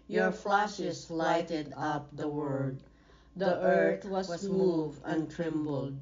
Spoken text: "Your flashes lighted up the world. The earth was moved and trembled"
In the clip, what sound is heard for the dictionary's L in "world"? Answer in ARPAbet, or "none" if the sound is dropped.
none